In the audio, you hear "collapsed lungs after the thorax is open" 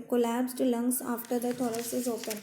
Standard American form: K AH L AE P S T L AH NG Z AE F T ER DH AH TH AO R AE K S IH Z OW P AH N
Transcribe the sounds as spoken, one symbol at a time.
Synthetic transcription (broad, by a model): K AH L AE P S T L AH NG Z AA F T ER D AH T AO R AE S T IH Z OW P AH N